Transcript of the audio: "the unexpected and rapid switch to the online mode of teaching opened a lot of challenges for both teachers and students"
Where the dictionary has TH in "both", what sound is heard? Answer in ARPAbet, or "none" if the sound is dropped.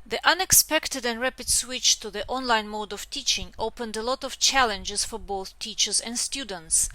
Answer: TH